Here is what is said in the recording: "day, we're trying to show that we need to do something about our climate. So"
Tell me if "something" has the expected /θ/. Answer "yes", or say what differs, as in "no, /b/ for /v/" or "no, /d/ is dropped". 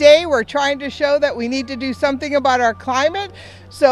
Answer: yes